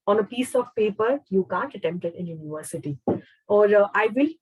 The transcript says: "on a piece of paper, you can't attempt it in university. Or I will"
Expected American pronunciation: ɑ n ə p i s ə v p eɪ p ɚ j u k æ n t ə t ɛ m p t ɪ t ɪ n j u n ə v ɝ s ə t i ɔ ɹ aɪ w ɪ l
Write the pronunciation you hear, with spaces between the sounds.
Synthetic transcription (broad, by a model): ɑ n ə p i s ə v p eɪ p ɚ j u k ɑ n t ə t ɛ m p t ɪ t ɪ n j u n ə v ɝ s ə t i ɔ ɹ aɪ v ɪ l